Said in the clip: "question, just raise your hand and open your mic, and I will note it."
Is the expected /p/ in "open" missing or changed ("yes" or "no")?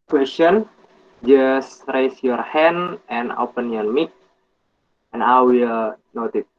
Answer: no